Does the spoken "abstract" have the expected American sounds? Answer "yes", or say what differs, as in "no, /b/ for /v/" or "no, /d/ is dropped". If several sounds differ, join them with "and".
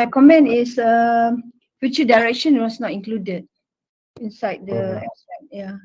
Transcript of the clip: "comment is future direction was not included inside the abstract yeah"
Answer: no, /b/ is dropped